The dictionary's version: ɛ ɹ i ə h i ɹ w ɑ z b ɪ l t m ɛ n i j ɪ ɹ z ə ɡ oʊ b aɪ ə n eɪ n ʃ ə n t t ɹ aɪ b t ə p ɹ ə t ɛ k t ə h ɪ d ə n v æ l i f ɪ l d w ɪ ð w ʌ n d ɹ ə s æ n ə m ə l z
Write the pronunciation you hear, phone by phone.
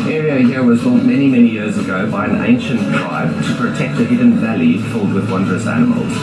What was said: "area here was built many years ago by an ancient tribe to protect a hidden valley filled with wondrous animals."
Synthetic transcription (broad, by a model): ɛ ɹ i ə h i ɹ w ɑ z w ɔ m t m ɛ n i j ɪ ɹ z ə ɡ oʊ b aɪ ə n eɪ n ʃ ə n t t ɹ aɪ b t ə p ɹ ə t ɛ k t ə h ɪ d n v æ l i f ɪ l d w ɪ ð w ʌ n d ɹ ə s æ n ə m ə l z